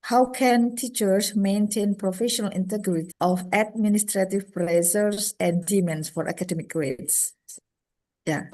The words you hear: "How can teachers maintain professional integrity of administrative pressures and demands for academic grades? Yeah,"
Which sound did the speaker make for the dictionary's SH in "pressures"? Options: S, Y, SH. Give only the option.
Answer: S